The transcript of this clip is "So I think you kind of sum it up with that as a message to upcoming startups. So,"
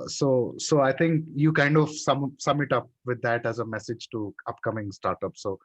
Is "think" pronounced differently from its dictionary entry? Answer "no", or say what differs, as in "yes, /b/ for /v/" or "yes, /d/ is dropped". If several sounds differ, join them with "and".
yes, /t/ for /θ/